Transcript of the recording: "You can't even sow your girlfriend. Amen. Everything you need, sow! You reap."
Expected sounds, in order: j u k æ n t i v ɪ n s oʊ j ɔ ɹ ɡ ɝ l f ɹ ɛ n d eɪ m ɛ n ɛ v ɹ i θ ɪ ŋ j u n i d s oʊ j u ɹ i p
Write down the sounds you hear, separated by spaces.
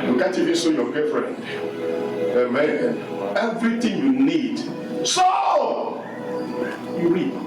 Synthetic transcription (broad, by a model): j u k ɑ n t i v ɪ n s oʊ j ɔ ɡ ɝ f ɹ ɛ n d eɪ m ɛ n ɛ v ɹ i t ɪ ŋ j u n i d s oʊ j u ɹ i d